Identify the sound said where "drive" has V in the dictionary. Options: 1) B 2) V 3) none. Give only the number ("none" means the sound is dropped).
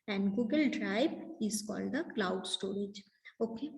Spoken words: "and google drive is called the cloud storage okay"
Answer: 1